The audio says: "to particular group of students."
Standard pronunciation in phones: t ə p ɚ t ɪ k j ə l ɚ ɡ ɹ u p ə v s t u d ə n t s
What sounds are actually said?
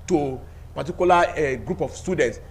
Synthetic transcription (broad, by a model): t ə p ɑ t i k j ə l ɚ ɡ ɹ u p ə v s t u d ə n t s